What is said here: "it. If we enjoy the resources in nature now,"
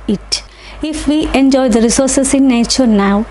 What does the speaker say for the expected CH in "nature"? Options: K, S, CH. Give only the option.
CH